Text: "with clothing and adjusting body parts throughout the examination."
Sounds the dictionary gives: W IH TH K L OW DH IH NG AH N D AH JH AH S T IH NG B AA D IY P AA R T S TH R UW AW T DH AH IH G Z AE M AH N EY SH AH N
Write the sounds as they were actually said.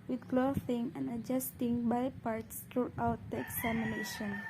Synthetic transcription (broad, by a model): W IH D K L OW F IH NG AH N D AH JH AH S T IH NG B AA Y P AA R T S T R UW AW T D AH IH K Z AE M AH N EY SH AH N